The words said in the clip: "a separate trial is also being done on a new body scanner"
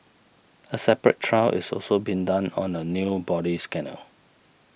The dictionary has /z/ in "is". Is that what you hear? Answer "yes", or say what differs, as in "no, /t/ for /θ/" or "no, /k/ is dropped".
no, /s/ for /z/